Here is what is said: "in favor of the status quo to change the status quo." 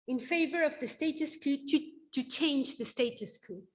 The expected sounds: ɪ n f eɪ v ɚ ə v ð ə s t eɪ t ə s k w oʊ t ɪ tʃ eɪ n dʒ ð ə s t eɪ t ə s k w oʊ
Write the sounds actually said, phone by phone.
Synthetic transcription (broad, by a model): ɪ n f eɪ v ɚ ə v ð ə s t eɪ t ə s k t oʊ t ɪ tʃ eɪ n dʒ ð ə s t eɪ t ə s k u